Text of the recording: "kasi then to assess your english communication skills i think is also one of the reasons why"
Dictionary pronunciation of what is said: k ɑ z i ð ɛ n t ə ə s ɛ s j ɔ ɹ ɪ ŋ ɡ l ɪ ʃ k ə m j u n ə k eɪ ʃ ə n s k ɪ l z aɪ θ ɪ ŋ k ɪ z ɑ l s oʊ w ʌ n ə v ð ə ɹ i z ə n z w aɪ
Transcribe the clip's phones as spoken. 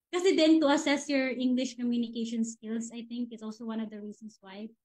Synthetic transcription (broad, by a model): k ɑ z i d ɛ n t ə ə s ɛ s j ɔ ɹ ɪ ŋ ɡ l ɪ ʃ k ə m j u n ə k eɪ ʃ ə n s k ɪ l s aɪ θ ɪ ŋ k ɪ s ɑ l s oʊ w ʌ n ə v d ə ɹ i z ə n s w aɪ